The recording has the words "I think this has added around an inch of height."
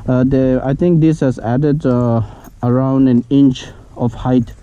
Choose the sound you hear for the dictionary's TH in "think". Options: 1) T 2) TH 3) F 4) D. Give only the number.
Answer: 1